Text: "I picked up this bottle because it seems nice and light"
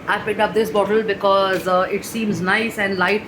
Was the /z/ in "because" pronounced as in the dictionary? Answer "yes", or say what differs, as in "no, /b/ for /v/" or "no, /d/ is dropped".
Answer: yes